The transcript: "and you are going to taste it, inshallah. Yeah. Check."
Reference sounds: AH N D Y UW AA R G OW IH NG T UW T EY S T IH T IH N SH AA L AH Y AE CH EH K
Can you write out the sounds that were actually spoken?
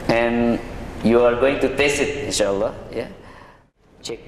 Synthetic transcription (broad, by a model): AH N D Y UW AA R G OW IH NG T UW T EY S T IH T IH N SH AA L AH Y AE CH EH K